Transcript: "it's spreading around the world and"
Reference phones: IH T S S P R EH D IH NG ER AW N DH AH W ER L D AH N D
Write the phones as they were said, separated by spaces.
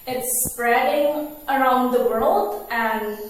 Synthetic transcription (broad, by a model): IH T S S P R EH D IH NG ER AW N DH AH W ER L D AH N